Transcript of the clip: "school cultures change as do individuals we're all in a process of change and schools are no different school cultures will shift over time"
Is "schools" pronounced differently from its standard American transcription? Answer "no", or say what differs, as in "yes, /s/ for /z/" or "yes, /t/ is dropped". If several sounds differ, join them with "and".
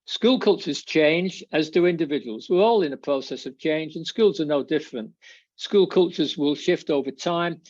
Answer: no